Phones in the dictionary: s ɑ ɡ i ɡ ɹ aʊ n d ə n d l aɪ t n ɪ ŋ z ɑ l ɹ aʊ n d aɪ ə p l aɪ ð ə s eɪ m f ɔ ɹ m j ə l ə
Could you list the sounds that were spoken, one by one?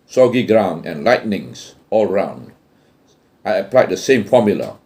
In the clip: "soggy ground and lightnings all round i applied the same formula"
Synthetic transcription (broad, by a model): s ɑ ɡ i ɡ ɹ aʊ n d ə n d l aɪ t n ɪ ŋ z ɑ l ɹ aʊ n d aɪ ə p l aɪ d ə s eɪ m f ɔ m j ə l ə